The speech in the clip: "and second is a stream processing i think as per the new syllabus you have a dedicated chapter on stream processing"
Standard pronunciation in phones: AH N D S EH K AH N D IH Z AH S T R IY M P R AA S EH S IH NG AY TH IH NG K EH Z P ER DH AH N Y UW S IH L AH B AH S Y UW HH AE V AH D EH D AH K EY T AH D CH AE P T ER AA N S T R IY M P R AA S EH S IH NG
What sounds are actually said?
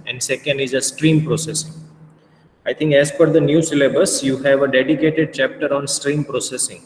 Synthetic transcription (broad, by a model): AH N D S EH K AH N D IH Z AH S T R IY M P R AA S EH S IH NG AY T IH NG K EH Z F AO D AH N Y UW S IH L AH B AH S Y UW HH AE V AH D EH D AH K EY T AH D CH AE P T ER AA N S T R IY M P R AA S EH S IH NG